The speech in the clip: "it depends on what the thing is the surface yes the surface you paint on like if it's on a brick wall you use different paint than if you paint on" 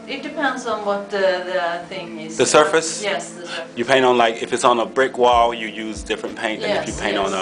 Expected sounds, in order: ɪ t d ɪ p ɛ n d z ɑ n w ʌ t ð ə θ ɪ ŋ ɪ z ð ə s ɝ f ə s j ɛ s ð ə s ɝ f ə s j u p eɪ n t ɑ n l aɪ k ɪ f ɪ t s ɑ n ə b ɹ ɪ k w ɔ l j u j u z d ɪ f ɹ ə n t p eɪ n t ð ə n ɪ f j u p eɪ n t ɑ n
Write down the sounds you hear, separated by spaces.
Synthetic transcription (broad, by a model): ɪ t d ɪ p ɛ n d z n w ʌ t ð ə θ ɪ ŋ ɪ z ð ə s ɝ f ə s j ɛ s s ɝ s j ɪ p eɪ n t n l aɪ k ɪ f ɪ t s n ə b ɹ ɪ k w ɔ l j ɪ j u z d ɪ f ɹ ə n p eɪ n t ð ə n ɪ f j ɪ p eɪ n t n